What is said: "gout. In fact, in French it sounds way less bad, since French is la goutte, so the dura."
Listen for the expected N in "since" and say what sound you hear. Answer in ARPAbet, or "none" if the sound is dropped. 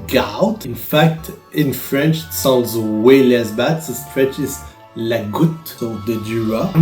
none